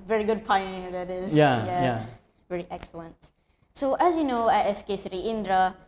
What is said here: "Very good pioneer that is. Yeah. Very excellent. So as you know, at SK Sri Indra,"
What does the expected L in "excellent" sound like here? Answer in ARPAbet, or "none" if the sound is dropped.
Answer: L